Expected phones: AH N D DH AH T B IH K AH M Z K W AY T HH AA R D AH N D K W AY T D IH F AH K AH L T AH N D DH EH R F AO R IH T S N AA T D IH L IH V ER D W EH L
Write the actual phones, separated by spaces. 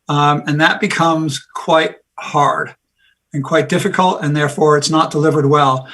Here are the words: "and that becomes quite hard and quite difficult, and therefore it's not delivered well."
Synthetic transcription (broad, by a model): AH N DH AH T B IH K AH M Z K W AY T HH AA R D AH N K W AY T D IH F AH K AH L T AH N DH EH R F AO R IH T S N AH T D IH L IH V ER D W EH L